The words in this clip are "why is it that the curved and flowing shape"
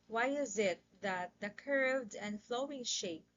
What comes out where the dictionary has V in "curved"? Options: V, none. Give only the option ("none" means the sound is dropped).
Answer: V